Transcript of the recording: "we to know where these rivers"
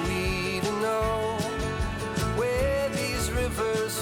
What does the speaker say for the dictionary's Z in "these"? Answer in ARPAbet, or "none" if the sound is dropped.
Z